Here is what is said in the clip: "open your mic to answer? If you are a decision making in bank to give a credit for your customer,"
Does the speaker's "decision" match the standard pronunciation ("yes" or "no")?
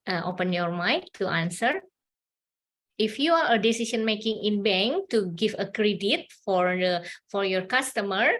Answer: no